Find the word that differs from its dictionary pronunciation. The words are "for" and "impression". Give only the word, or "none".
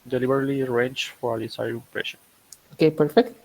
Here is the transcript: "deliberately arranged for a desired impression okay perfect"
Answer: impression